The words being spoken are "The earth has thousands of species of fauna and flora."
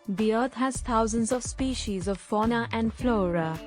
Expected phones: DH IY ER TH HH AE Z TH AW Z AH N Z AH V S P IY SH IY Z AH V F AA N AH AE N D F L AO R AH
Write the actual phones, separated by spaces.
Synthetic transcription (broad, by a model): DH IY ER T HH AE Z T AW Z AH N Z AH V S P IY SH IY Z AH V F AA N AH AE N D F L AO R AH